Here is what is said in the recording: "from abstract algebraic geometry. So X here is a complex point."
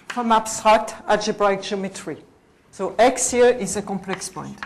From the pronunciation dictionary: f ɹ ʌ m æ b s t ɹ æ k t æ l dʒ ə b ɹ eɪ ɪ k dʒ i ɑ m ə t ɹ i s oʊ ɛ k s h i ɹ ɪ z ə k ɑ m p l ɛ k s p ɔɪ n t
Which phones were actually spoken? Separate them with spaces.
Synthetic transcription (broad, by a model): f ɹ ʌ m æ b s t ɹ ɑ k t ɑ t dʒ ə b ɹ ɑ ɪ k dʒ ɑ m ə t ɹ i s oʊ ɛ k s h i ɹ ɪ z ə k ɑ m p l ɛ k s p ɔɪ n t